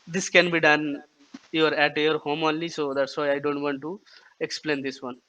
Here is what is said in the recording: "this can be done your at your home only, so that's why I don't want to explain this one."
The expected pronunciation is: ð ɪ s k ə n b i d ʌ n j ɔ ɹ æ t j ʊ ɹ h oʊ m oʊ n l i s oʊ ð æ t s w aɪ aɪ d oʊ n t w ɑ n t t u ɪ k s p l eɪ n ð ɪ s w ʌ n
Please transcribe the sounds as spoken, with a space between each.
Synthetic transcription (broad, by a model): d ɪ s k ə n b i d ʌ n j ɔ ɹ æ t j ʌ ɹ h oʊ m oʊ n l i s oʊ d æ t s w aɪ aɪ d oʊ n t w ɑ n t t u ɪ k s p l eɪ n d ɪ s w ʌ n